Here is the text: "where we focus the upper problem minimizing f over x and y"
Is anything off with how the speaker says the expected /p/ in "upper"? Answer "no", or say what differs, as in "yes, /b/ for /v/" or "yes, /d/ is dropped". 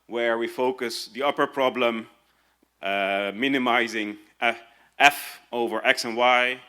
no